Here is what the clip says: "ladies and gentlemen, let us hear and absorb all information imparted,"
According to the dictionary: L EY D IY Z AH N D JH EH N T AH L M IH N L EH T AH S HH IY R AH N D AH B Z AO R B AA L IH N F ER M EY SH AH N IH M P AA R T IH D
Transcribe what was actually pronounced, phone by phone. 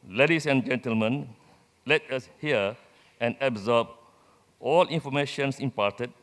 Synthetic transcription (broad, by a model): L EY D IY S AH N JH EH N T AH L M IH N L EH T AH S HH IY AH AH N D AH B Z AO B AA L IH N F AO M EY SH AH N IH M P AA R T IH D